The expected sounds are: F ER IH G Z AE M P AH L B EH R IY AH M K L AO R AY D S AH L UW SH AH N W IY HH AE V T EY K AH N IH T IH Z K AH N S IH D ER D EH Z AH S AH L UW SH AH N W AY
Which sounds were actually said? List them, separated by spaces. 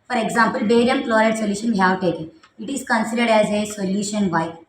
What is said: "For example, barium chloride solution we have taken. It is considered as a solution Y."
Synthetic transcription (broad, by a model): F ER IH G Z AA M P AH L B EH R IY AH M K L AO R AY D S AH L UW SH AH N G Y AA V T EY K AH IH T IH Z K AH N S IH D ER D EH Z AH S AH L UW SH AH N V AY